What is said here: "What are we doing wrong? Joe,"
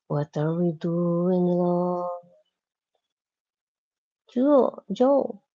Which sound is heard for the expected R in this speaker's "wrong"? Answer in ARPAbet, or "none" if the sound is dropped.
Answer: L